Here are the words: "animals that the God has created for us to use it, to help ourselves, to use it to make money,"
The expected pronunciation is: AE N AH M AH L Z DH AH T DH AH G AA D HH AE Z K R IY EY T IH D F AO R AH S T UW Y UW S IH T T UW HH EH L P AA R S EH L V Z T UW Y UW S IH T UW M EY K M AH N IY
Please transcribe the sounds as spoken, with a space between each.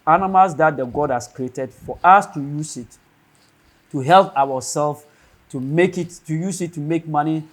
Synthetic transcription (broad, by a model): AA N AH M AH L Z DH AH T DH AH G AA D HH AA S K R IY EY T IH D F AO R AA S T UW Y UW S IH T T UW HH EH L P AA W S EH L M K T UW Y UW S IH T UW M EY K M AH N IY